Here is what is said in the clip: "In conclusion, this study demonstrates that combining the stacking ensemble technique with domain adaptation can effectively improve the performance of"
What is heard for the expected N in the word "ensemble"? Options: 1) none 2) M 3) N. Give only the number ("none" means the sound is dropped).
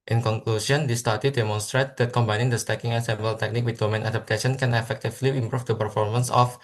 1